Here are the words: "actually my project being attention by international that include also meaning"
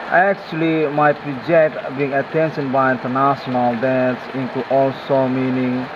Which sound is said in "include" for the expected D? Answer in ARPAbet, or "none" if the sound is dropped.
none